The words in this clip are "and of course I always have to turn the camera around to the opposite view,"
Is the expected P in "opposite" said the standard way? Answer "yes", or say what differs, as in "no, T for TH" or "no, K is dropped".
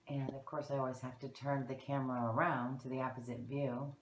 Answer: yes